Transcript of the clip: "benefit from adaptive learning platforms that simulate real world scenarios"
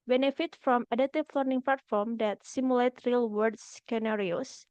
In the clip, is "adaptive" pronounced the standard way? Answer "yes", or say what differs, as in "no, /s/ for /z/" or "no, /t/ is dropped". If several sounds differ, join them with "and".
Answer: no, /p/ is dropped